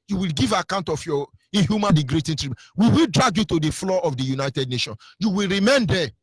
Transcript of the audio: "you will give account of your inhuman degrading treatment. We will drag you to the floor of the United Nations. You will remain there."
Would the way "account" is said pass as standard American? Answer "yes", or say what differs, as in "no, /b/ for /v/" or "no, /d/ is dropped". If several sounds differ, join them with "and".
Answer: yes